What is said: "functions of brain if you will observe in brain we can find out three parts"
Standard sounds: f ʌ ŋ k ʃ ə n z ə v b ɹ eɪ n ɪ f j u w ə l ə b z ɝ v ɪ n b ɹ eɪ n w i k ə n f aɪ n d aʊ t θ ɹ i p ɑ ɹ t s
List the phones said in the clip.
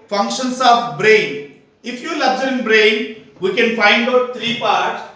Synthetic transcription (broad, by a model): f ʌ ŋ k ʃ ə n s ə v b ɹ eɪ n ɪ f j u l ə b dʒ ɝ ɪ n b ɹ eɪ n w i k ə n f aɪ n d aʊ t t ɹ i p ɑ ɹ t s